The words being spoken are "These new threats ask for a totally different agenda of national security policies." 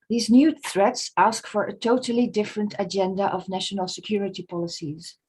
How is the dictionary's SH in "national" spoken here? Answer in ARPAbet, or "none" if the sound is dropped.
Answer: SH